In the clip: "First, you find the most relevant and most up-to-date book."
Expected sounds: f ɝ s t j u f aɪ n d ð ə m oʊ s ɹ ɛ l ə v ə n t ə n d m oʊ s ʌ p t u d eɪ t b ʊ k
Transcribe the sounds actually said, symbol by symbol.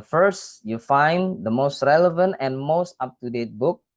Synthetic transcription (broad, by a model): f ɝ s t j u f aɪ n d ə m oʊ s ɹ ɛ l ə v ə n t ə n m oʊ s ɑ p t u d eɪ t b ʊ k